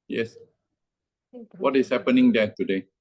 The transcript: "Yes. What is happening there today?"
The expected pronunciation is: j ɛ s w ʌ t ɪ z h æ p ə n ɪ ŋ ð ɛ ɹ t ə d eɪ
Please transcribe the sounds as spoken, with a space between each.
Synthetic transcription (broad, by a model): j ɛ s w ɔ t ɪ s h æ p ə n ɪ ŋ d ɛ t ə d eɪ